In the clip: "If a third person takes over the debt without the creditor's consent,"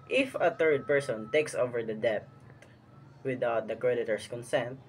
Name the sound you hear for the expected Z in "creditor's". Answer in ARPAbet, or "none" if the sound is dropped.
S